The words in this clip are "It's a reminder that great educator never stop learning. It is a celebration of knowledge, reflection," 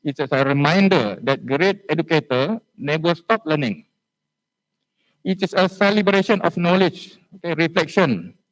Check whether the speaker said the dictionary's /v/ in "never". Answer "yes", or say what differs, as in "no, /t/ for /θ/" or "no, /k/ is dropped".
no, /b/ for /v/